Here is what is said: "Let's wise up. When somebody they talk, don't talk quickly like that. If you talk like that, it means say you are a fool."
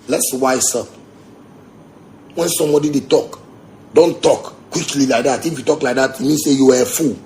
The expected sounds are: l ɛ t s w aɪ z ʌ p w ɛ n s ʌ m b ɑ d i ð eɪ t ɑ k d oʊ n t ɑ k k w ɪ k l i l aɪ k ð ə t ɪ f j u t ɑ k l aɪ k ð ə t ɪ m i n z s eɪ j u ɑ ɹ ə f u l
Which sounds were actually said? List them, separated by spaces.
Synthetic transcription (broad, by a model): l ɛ t s w aɪ s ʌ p w ɛ n s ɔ m b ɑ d i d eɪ t ɑ k d oʊ n t ɑ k k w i k l i l aɪ k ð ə t ɪ f j u t ɑ k l aɪ k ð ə t ɪ m i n s eɪ j u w ə f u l